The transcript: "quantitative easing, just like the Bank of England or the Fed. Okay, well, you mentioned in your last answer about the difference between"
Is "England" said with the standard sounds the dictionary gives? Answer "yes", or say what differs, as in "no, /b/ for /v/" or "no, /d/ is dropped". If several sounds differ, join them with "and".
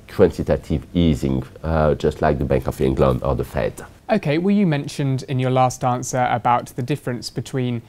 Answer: no, /d/ is dropped